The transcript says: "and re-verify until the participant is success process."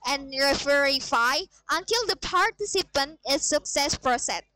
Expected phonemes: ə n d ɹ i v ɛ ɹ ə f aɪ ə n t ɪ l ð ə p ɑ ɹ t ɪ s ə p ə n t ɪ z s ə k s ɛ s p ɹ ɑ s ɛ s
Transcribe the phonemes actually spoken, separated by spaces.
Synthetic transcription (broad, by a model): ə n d ɹ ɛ f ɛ ɹ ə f aɪ ə n t ɪ l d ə p ɑ ɹ t ɪ s ə p ə n t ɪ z s ə k s ɛ s p ɹ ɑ s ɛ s